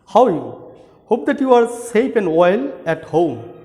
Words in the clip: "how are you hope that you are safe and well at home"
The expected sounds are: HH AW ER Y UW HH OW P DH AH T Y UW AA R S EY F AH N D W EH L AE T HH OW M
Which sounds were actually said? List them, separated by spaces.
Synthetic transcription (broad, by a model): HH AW Y UW HH OW P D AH T Y UW AA R S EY P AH N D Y L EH T HH OW M